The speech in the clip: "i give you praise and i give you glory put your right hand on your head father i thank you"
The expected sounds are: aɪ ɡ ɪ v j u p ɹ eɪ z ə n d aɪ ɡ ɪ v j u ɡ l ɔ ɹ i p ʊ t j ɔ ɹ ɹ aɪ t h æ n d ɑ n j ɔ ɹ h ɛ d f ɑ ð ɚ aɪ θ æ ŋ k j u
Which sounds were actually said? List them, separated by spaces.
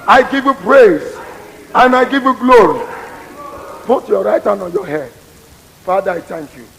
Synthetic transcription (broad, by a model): aɪ ɡ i v j u p ɹ eɪ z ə n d aɪ ɡ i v j u ɡ l ɔ ɹ i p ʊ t j ɔ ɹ ɹ aɪ t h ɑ n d ɑ n j ɔ h ɛ d f ɑ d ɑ aɪ t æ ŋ k j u